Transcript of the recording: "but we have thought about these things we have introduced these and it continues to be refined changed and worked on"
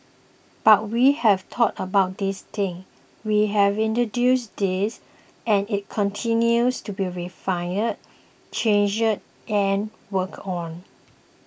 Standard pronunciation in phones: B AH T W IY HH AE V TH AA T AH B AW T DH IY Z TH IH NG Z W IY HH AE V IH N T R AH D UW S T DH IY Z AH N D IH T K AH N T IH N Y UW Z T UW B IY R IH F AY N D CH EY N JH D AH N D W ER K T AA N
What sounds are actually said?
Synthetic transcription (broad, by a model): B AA T W IY HH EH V T AA T AH B AW T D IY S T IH NG W IY HH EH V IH N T R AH D UW S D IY S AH N IH T K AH N T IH N Y UW S T UW B IY R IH F AY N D CH EY N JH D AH N W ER K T AA N